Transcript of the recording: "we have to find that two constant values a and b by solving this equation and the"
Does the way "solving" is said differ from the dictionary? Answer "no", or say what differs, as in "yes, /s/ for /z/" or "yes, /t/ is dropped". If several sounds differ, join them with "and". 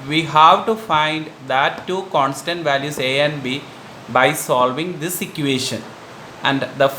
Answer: no